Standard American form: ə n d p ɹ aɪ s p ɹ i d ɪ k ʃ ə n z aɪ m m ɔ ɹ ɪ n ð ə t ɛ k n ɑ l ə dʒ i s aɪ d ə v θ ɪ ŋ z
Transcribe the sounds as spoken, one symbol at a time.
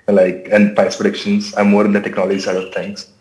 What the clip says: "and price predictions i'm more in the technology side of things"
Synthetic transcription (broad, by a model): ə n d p aɪ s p ɹ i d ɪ k ʃ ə n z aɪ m m ɔ ɹ ɪ n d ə t ɛ k n ɑ l ə dʒ i s aɪ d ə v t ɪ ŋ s